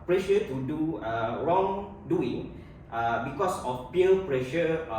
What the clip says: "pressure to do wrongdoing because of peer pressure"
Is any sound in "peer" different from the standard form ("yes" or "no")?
yes